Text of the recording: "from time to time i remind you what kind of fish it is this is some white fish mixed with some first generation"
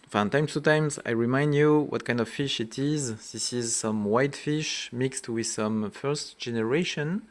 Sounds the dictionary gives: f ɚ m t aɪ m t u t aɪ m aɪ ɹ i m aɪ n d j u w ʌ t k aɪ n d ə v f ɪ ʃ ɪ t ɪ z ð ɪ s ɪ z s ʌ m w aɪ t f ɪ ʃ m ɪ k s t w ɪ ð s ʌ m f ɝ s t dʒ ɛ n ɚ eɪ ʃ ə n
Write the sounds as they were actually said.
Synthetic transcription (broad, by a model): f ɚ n t aɪ m t u t aɪ m aɪ ɹ i m aɪ n d j u w ʌ t k aɪ n d ə v f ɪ ʃ ɪ t ɪ z ð ɪ s ɪ z s ʌ m w aɪ t f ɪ ʃ m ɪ k s t w ɪ ð s ʌ m f ɝ s t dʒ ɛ n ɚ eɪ ʃ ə n